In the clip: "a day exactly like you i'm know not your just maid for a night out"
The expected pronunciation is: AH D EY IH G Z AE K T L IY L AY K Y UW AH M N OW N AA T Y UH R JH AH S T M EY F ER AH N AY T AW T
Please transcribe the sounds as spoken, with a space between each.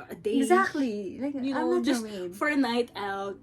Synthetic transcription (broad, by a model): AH D EY IH G Z AE K T L IY L AY K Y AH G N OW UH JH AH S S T F ER AH N AY T AW T